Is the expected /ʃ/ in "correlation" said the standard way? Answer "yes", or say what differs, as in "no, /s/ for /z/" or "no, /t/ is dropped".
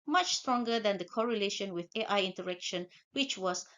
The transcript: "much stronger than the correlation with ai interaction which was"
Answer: yes